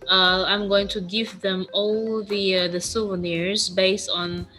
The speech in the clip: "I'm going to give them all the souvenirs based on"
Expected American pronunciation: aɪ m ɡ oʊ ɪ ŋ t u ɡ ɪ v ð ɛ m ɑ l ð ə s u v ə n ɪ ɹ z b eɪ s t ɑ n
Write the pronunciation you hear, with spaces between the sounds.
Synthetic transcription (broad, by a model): aɪ m ɡ oʊ ɪ ŋ t u ɡ ɪ v ð ɛ m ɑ l ð ə s u v ə n ɪ ɹ z b eɪ s t n